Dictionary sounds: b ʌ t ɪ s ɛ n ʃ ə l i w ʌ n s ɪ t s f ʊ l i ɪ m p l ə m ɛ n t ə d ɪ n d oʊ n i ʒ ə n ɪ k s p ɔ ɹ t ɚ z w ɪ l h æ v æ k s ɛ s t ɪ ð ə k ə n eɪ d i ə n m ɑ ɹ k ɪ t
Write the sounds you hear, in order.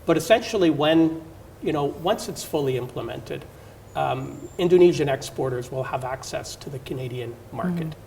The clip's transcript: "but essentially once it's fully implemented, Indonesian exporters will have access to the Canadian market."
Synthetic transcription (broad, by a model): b ʌ t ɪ s ɛ n ʃ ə n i w ʌ n s ɪ t s f ʊ l i ɪ m p l ə m ɛ n t ə d ɪ n d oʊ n i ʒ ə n ɪ k s p ɔ ɹ t ɚ z w ɪ l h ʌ v æ k s ɛ s t ɪ ð ə k ə n eɪ d i ə n m ɑ ɹ k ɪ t